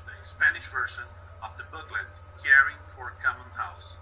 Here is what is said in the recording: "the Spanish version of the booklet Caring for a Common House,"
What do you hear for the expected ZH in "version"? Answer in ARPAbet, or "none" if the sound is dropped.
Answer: S